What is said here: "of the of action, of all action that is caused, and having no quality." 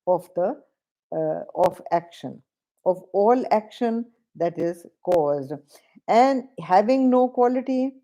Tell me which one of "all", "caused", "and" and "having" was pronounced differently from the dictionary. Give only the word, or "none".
none